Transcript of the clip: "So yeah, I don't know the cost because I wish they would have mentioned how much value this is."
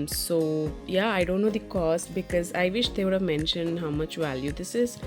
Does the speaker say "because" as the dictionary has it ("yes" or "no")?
yes